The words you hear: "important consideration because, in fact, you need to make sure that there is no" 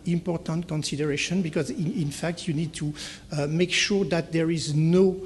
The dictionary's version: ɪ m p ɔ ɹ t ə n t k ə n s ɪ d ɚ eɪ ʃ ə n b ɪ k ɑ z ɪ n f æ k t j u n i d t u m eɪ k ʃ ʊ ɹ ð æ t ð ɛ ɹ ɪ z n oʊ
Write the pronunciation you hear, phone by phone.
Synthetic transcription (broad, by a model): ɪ m p ɔ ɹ t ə n t k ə n s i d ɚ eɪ ʃ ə n b ɪ k ɑ z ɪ n f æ k t j u n i d t u m eɪ k ʃ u ɹ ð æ t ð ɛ ɹ ɪ z n oʊ